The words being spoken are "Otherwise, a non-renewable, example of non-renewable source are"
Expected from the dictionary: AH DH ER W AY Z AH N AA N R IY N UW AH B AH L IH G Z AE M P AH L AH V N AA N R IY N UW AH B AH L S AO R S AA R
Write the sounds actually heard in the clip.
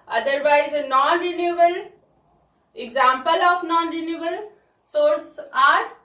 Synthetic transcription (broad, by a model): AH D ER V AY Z AH N AA N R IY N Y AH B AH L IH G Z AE M P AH L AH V N AA N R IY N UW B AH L S AO R S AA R